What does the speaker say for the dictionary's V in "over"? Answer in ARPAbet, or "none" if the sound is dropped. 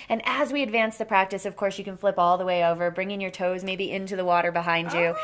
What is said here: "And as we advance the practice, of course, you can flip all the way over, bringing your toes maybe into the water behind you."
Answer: V